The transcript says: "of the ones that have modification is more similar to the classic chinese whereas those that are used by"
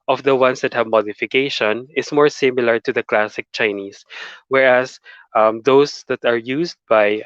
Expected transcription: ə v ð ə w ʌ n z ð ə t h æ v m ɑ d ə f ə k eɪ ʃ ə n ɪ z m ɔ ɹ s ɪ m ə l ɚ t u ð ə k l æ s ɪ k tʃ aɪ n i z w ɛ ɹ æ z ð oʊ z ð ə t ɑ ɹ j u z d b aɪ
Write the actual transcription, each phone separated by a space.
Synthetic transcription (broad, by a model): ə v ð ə w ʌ n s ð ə t h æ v m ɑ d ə f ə k eɪ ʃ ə n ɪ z m ɔ ɹ s ɪ m ə l ɚ t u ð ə k l æ s ɪ k tʃ aɪ n i s w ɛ ɹ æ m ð oʊ s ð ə t ɑ ɹ j u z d b aɪ